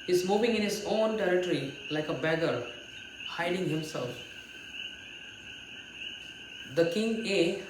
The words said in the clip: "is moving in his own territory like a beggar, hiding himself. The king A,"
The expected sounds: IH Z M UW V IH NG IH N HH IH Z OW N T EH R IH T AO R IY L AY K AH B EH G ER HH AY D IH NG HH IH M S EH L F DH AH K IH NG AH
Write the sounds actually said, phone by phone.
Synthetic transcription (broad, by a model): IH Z M UW V IH NG IH N HH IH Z OW N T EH R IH T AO R IY L AY K AH B EH G ER HH AY D IH NG HH IH M S EH L F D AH K IH NG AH